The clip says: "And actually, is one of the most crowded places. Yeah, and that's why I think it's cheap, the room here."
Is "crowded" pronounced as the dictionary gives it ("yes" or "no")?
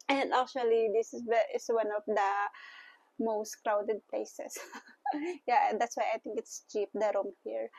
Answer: yes